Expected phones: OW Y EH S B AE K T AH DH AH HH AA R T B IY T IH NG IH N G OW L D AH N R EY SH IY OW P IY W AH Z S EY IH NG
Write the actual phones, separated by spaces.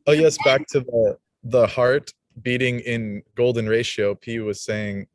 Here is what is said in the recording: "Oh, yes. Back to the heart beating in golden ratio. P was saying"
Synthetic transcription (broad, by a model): OW Y EH S B AE K T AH DH AH HH AA R T B IY T IH NG IH N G OW L D N R EY SH IY OW P IY W AH Z S EY IH NG